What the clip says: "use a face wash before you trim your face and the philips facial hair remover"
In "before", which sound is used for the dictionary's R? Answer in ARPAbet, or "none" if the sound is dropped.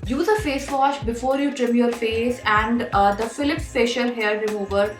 R